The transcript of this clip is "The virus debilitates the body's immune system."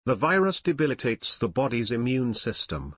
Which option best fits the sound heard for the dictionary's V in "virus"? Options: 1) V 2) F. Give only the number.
1